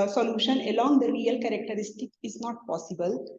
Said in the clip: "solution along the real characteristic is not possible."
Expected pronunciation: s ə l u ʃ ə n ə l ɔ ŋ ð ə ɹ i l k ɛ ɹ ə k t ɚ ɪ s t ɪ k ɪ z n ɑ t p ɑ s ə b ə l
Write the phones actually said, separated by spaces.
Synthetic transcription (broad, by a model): s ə l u ʃ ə n ə l ɔ ŋ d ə ɹ i l k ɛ ɹ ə k t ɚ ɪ s t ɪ k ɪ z n ɑ t p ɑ s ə b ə l